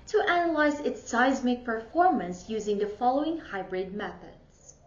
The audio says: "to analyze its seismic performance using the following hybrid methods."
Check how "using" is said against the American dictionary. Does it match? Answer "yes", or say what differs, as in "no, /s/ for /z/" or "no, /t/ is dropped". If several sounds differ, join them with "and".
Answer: yes